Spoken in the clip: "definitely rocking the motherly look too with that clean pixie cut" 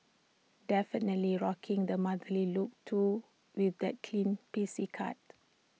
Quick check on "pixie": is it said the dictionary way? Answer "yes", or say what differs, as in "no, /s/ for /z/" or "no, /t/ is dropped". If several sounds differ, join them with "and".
no, /k/ is dropped